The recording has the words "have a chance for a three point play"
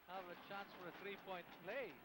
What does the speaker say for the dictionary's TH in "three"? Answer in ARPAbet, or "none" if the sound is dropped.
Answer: TH